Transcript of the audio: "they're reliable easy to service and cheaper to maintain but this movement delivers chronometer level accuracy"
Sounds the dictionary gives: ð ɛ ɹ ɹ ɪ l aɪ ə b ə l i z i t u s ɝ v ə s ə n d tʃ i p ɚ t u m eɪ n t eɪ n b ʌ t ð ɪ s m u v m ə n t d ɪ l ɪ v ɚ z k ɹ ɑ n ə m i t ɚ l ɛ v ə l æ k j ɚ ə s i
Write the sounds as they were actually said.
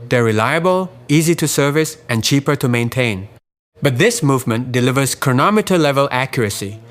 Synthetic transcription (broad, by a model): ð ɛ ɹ ɹ ɪ l aɪ ə b ə l i z i t u s ɝ v ə s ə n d tʃ i p ɚ t u m eɪ n t eɪ n b ʌ t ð ɪ s m u v m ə n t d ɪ l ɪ v ɚ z k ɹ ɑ n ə m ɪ t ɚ l ɛ v ə l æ k j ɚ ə s i